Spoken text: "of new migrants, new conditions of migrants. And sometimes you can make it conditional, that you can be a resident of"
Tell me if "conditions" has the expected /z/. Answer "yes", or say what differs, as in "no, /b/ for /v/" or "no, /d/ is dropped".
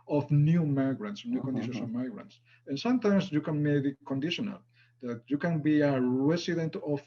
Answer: no, /s/ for /z/